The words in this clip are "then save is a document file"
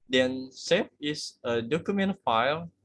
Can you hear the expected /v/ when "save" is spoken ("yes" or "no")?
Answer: no